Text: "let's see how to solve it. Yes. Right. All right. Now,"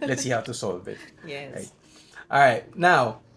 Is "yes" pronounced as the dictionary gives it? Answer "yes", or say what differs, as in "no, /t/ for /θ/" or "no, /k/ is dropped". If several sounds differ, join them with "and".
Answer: no, /s/ is dropped